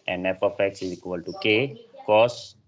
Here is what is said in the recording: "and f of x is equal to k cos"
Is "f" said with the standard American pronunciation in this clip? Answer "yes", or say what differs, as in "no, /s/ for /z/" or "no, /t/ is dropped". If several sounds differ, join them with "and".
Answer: no, /p/ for /f/